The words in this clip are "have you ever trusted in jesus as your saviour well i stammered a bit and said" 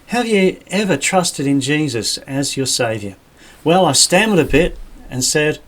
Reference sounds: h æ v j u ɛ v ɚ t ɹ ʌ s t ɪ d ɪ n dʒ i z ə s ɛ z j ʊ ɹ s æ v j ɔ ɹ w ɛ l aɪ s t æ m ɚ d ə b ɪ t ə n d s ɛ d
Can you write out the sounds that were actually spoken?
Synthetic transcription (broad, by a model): h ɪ v j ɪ ɛ v ɚ t ɹ ʌ s t ɪ d ɪ n dʒ i z ə s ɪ z j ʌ ɹ s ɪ v j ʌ ɹ w ɛ l aɪ s t æ m ɚ d ə b ɪ t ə n s ɛ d